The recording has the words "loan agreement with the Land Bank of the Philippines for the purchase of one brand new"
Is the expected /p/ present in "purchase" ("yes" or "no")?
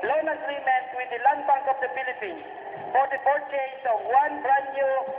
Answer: no